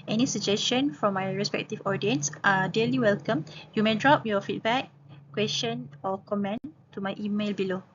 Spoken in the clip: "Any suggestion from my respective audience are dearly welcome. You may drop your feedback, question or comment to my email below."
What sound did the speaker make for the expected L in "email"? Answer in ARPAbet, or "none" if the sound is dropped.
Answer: L